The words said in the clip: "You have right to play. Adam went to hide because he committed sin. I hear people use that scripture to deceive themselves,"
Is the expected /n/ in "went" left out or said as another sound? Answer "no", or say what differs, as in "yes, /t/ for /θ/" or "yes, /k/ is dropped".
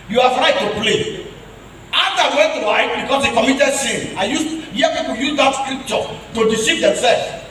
yes, /n/ is dropped